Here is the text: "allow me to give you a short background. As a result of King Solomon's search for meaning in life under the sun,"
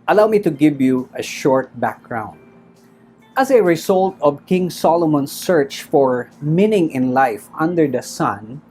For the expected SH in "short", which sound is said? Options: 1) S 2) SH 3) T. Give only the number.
2